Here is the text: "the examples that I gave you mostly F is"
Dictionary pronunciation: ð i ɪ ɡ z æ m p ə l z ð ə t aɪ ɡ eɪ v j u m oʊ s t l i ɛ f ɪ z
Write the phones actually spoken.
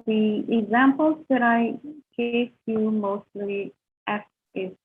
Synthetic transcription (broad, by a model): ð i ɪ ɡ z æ m p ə l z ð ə t aɪ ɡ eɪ f j u m oʊ s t l i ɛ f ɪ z